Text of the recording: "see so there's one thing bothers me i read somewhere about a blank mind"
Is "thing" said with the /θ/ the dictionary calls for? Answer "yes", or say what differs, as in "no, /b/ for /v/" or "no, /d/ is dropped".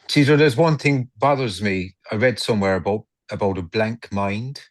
yes